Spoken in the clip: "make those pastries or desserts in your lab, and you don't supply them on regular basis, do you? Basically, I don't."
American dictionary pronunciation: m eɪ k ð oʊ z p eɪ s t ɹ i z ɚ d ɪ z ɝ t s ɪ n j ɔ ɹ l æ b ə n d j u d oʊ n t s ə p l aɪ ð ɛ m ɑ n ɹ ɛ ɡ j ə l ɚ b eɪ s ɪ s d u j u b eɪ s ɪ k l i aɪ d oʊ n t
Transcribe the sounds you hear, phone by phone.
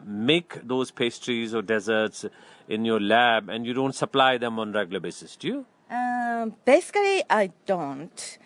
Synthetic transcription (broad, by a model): m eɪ k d oʊ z p eɪ s t ɹ i z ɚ d ɪ z ɝ t s ɪ n j ɔ ɹ l æ b ə n d j u d oʊ n t s ə p l aɪ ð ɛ m ɑ n ɹ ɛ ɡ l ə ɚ b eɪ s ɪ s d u j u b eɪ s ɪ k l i aɪ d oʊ n t